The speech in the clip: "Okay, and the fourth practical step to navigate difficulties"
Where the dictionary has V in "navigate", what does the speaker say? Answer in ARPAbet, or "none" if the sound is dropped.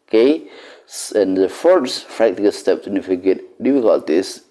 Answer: F